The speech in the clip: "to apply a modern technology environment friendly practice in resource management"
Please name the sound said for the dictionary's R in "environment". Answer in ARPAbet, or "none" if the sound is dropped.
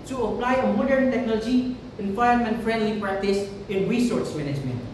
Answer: none